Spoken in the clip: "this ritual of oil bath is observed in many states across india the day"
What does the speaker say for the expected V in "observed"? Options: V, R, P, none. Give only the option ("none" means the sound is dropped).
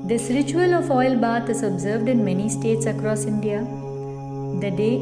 V